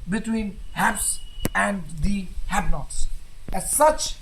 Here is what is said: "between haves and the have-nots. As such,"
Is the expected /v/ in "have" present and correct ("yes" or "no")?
no